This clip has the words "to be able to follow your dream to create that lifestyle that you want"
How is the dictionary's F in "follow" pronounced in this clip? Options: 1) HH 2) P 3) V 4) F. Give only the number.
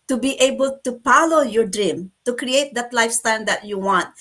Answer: 2